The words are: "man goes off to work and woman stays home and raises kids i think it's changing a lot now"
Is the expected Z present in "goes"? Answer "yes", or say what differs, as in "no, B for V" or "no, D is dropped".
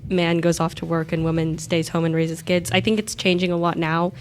yes